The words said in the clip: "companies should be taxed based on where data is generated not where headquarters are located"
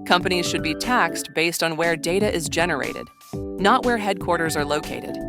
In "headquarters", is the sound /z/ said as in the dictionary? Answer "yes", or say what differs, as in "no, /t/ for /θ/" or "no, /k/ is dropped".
yes